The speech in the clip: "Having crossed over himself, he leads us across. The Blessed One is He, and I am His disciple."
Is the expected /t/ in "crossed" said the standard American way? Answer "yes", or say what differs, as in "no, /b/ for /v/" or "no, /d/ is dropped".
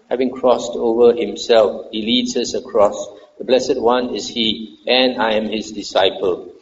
yes